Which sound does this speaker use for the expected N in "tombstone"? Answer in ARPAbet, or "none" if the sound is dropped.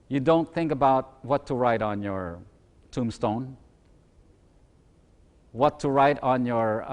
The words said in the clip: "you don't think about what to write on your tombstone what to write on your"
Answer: N